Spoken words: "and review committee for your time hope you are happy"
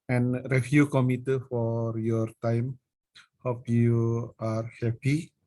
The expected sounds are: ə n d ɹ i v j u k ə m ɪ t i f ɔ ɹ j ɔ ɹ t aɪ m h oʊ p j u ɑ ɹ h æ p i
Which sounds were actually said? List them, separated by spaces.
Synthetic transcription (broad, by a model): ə n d ɹ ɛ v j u k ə m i t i f ɔ ɹ j ɔ ɹ t aɪ m h oʊ p j u ɑ ɹ h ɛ p i